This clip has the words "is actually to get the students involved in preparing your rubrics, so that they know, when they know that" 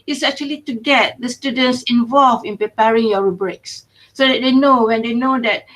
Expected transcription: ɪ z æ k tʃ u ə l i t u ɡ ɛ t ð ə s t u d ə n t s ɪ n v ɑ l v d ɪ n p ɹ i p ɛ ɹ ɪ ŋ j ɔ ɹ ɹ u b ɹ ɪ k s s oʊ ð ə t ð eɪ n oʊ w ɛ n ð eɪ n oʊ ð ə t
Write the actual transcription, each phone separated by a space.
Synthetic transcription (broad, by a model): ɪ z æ k tʃ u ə l i t u ɡ ɛ t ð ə s t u d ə n t s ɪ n v ɑ l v ɪ n p ɹ i p ɛ ɹ ɪ ŋ j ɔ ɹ ɹ u b ɹ ɪ k s s oʊ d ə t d eɪ n oʊ w ɛ n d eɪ n oʊ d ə t